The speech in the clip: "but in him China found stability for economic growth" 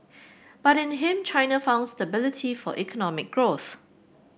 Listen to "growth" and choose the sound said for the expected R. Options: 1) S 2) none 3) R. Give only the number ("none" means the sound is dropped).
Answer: 3